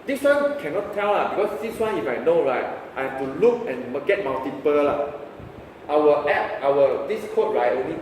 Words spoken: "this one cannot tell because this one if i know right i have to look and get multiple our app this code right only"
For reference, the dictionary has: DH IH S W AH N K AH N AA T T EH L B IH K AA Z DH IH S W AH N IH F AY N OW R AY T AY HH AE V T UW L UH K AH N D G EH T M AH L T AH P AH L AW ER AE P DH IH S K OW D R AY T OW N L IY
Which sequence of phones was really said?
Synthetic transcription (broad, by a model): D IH S W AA N K AH N AA T T EH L B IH K AA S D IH S W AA N IH F AY N OW R AY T AY HH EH F T UW L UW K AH N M G EH T M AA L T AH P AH L AW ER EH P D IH S K OW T R AY T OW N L IY